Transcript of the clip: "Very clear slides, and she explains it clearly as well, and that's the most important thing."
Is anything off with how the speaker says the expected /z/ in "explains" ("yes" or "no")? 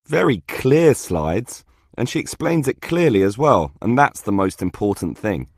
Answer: no